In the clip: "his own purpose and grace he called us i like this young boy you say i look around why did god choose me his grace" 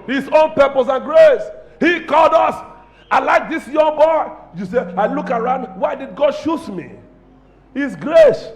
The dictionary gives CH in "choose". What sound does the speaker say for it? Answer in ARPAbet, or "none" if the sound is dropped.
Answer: SH